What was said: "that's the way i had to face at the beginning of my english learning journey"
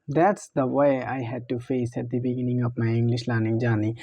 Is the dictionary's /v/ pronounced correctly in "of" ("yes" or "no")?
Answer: no